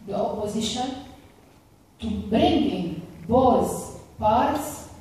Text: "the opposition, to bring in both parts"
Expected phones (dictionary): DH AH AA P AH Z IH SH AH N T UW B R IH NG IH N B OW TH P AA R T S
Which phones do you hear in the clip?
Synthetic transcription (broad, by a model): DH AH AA P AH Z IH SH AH N T UW B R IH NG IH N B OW S P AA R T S